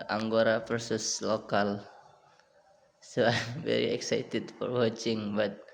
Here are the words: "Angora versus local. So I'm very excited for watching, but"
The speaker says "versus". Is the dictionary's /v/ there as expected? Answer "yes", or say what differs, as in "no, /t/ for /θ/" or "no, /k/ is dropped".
no, /p/ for /v/